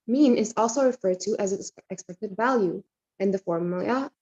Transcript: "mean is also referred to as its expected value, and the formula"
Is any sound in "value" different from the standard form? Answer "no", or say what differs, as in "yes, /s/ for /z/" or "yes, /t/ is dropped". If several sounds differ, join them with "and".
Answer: no